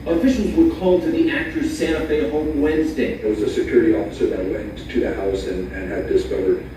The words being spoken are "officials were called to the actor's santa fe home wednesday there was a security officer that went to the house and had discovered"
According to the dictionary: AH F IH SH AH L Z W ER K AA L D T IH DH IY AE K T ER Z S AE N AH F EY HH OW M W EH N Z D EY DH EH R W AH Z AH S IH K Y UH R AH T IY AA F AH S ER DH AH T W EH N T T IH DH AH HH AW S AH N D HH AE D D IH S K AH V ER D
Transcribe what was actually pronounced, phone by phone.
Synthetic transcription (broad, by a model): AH F IH SH L Z W ER K AA L T IH DH IY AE K T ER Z S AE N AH F EY HH OW M W EH N Z D EY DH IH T W AH Z AH S IH K Y UH R AH T IY AA F AH S ER DH AH T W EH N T T IH DH AH HH AW S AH N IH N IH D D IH S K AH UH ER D